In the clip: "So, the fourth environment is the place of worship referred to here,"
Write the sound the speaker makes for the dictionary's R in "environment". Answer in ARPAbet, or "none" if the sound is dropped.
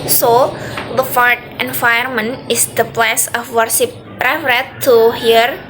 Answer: none